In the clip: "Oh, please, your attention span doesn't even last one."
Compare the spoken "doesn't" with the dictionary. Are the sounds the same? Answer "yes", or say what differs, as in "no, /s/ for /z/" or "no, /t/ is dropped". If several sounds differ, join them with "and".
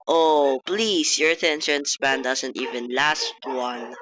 no, /s/ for /z/